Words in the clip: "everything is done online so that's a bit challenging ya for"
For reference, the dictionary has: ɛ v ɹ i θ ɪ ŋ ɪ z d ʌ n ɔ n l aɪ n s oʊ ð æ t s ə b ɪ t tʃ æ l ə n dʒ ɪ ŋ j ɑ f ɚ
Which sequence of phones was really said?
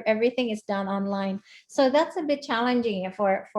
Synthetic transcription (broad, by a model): ɛ v ɹ i θ ɪ ŋ ɪ z d ʌ n ɔ n l aɪ n s oʊ ð æ t s ə b ɪ t tʃ æ l ə n dʒ ɪ ŋ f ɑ f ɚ